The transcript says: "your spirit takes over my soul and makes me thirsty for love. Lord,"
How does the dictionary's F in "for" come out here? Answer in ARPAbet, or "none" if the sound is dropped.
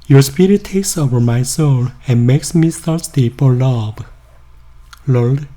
P